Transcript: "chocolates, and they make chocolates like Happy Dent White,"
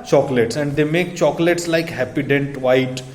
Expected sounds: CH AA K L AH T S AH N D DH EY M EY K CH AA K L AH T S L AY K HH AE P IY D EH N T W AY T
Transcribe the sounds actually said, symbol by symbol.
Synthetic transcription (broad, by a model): CH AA K L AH T S AH N D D EY M EY K CH AA K L AH T S L AY K HH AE P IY D EH N T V AY T